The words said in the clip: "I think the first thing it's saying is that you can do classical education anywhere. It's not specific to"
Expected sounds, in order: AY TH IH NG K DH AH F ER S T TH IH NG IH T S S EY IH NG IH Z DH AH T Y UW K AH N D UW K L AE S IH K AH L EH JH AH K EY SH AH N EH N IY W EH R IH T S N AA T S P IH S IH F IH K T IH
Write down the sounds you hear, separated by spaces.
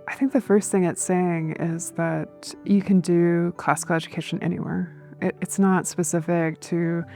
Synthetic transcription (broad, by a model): AY TH IH NG K DH AH F ER S T TH IH NG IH T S S EY IH NG IH Z DH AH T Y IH K AH N D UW K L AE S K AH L EH JH AH K EY SH AH N EH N IY W EH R IH T S N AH T S P IH S IH F IH K T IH